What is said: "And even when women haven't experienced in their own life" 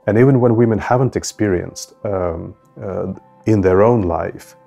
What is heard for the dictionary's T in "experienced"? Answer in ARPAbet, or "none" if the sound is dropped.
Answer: T